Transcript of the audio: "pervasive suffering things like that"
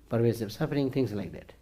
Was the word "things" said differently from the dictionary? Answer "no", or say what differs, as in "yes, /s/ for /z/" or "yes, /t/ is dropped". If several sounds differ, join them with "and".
yes, /t/ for /θ/ and /s/ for /z/